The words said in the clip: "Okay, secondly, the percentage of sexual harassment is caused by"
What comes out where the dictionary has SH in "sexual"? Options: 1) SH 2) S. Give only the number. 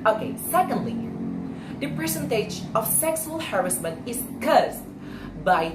2